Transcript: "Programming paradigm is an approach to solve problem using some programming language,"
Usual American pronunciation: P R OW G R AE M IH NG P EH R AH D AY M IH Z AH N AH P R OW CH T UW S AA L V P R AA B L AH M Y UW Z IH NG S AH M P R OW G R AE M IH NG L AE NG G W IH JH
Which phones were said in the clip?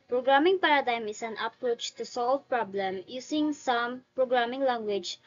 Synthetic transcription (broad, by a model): P R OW G R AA M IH NG P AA R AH D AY M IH S AH N AH P R OW CH T UW S AA L V P R AA B L AH M Y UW S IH NG S AH M P R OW G R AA M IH NG L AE NG G W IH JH